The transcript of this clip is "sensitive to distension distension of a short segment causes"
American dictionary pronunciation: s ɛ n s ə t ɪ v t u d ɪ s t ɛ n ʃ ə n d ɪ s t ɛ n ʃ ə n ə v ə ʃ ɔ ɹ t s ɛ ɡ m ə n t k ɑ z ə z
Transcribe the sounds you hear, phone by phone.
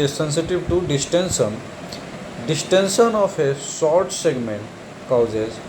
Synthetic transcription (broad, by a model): s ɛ n s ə t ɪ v t u d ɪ s t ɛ n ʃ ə n d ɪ s t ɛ n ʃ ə n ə f ə s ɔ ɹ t s ɛ ɡ m ə n t k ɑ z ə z